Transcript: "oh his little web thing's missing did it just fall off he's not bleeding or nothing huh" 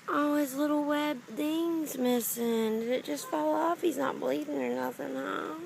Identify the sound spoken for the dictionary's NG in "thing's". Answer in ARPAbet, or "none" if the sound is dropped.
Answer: NG